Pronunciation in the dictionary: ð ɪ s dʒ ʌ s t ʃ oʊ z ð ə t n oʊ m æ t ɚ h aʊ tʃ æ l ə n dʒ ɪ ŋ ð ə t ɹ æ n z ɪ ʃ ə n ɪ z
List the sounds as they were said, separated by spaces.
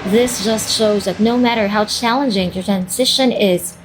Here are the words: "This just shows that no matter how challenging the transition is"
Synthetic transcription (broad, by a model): ð ɪ s dʒ ʌ s t ʃ oʊ z ð ə t n oʊ m æ t ɚ h aʊ tʃ æ l ə n dʒ ɪ ŋ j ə t ɹ æ n z ɪ ʃ ə n ɪ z